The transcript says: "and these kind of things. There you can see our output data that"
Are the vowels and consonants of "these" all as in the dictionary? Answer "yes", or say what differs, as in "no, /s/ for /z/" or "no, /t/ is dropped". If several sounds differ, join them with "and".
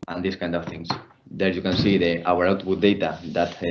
no, /s/ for /z/